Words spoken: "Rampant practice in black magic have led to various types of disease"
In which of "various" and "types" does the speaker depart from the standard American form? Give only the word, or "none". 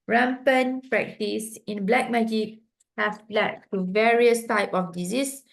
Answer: types